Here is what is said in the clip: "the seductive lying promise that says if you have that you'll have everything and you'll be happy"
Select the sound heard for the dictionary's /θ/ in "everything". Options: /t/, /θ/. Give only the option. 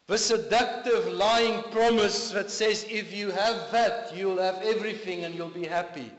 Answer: /θ/